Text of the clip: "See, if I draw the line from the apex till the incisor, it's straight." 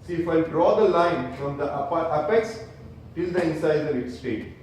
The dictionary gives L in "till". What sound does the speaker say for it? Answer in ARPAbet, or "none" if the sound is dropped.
L